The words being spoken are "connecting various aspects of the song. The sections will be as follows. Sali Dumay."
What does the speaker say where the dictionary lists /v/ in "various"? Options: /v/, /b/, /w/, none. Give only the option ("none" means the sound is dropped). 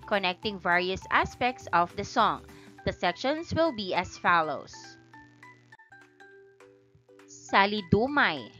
/v/